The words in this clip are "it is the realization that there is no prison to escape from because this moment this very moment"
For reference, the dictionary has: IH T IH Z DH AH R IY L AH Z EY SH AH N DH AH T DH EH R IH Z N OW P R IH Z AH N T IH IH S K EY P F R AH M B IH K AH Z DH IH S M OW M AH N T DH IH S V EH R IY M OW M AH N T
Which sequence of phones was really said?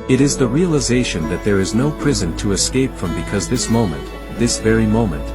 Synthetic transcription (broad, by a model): IH T IH Z DH AH R IY L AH Z EY SH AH N DH AH T DH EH R IH Z N OW P R IH Z AH N T IH IH S K EY P F R AH M B IH K AH Z DH IH S M OW M AH N T DH IH S V EH R IY M OW M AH N T